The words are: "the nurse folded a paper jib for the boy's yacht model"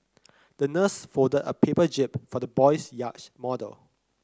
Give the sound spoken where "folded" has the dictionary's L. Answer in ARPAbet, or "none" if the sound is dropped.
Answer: none